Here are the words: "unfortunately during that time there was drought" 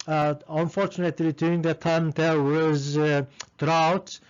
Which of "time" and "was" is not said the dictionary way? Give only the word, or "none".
none